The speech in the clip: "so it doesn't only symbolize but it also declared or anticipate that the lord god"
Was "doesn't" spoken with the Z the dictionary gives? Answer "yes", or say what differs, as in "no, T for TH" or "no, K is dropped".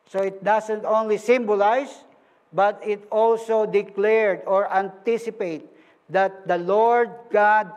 no, S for Z